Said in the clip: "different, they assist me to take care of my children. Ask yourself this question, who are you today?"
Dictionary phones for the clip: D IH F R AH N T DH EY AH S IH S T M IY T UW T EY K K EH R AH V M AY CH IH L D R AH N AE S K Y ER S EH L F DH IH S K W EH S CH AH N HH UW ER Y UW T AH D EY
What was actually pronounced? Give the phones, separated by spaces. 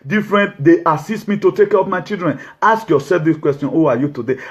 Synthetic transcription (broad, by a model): D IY F R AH N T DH EY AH S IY S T M IY T UW T EY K K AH P M AY CH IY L D R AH N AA S K Y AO S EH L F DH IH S K W EH S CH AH N HH UW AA Y UW T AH D EY